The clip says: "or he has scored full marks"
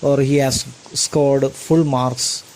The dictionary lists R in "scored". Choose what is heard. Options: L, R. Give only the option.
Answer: R